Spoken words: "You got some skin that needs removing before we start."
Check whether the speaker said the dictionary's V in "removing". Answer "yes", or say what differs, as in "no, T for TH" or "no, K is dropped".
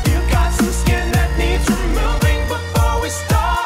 no, V is dropped